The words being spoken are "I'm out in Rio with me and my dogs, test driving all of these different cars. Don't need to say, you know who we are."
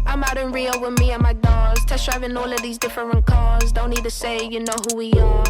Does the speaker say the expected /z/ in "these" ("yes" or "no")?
yes